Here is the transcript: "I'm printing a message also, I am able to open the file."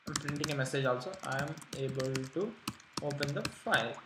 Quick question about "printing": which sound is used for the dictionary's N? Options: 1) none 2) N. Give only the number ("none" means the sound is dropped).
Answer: 2